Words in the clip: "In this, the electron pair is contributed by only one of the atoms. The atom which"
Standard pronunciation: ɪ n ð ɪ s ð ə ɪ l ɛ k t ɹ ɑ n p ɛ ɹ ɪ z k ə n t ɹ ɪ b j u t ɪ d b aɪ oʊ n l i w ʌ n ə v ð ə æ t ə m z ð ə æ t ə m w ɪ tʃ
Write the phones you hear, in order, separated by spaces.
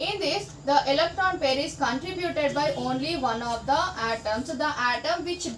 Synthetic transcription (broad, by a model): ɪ n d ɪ s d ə ɪ l ɛ k t ɹ ɑ n p ɛ ɹ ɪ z k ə n t ɹ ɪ b j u t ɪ d b aɪ oʊ n l i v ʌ n ə v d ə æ t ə m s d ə æ t ə m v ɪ tʃ